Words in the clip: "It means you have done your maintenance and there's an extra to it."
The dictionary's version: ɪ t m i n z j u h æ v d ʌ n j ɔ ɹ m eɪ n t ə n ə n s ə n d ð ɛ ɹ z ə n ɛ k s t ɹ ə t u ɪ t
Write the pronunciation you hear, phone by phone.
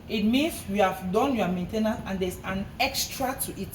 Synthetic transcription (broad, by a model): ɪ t m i n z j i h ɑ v d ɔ n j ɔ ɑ m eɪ n t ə n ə ə n d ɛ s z ə n ɛ k s t ɹ ə t u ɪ t